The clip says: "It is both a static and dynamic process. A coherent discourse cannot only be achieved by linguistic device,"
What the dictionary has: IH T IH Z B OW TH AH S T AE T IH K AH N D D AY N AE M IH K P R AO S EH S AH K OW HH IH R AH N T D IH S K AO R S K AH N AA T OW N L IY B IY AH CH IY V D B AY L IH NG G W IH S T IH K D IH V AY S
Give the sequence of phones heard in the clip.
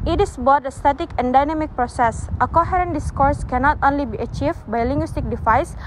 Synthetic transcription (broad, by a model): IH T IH S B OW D AH S T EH T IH K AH N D D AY N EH M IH K P R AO S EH S AH K OW HH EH R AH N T D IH S K AO R S K AH N AA T OW N L IY B IY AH CH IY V B AY L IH NG G W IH S T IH K D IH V AY S